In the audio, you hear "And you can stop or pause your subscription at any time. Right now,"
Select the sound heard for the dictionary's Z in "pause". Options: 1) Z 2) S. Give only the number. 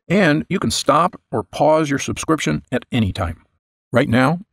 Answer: 1